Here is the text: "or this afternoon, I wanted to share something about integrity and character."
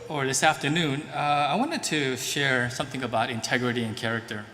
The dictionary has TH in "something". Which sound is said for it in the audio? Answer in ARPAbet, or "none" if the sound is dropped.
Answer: TH